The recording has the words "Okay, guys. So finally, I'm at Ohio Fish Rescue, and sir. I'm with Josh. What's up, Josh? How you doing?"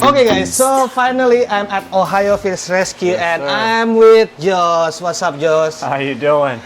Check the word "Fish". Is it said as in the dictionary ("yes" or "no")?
no